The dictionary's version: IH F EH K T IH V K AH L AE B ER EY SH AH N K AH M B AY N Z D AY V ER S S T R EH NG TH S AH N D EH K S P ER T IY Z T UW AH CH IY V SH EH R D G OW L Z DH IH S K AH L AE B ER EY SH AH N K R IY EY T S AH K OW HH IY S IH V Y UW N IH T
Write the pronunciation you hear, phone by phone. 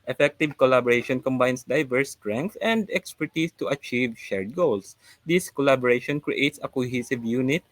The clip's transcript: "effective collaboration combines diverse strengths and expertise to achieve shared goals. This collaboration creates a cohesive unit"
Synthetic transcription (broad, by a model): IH F EH K T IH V K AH L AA B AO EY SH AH N K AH M B AY N S D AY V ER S S T R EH NG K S AH N D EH K S P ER T IY S T UW AH CH IY V SH EH R D G OW L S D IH S K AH L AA B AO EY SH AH N K R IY EY T S AH K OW HH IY S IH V Y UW N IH T